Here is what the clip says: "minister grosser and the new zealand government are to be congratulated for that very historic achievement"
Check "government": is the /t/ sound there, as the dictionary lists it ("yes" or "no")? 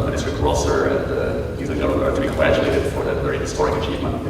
no